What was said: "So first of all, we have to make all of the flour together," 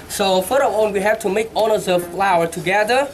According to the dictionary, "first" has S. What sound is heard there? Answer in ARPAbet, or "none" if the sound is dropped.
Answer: none